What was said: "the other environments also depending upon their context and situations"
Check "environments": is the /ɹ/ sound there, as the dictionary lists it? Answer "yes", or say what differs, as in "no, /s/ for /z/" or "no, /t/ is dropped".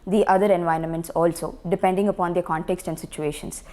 yes